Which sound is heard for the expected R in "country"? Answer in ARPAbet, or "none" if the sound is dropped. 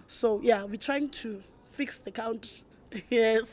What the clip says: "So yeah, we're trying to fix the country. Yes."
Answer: none